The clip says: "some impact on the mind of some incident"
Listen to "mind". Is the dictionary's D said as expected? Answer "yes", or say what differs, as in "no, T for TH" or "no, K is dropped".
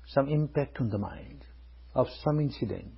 yes